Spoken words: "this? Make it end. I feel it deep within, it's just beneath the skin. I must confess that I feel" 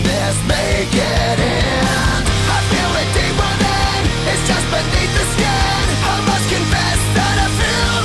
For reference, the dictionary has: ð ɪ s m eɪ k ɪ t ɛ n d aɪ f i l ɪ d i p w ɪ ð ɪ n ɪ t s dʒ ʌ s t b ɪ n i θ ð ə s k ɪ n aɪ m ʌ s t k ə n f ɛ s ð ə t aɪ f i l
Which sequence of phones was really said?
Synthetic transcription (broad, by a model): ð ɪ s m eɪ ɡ ɪ t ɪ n aɪ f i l ɪ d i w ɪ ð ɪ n ɪ t s dʒ ʌ s t b ɪ n i θ ð ə s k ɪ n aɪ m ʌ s k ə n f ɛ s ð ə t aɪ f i